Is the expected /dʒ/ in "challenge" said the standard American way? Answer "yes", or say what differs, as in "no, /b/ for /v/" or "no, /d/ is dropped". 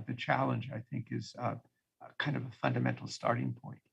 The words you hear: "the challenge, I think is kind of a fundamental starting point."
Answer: yes